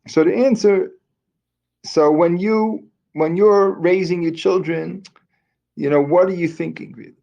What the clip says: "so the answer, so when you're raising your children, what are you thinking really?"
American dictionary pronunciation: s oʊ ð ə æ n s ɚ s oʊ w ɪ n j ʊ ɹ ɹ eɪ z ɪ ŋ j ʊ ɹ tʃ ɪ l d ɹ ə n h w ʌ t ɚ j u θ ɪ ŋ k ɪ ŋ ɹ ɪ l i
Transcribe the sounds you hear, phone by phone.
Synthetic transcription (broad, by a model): s oʊ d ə æ n s ɚ s oʊ w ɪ n j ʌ ɹ ɹ eɪ z ɪ ŋ j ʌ ɹ tʃ ɪ l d ɹ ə n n w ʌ t ɚ j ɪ θ ɪ ŋ k ɪ ŋ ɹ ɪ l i